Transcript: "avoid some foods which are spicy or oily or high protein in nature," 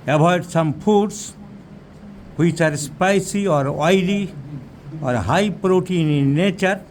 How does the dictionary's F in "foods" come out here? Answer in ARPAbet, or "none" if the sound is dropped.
P